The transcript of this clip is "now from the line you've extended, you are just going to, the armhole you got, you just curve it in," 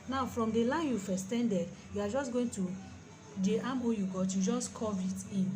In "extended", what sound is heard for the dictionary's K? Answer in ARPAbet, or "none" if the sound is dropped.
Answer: none